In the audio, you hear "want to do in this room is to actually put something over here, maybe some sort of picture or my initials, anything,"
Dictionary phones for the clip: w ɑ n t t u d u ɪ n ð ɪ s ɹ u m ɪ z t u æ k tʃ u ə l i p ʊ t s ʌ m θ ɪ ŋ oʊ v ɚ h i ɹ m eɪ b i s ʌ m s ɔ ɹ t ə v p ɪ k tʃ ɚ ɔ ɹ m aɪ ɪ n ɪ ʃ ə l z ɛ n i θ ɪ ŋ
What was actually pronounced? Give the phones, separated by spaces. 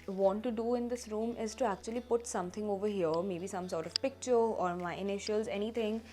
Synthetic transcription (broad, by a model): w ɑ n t t u d u ɪ n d ɪ s ɹ u m ɪ z t u æ k tʃ u ə l i p ʊ t s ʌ m t ɪ ŋ oʊ v ɚ h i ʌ m eɪ b i s ʌ m s ɔ ɹ t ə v p ɪ k tʃ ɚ ɔ ɹ m aɪ ɪ n ɪ ʃ ə l z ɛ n i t ɪ ŋ